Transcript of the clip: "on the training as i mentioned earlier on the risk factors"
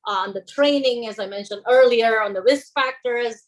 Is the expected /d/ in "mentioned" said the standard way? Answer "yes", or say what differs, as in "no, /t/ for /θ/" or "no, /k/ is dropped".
yes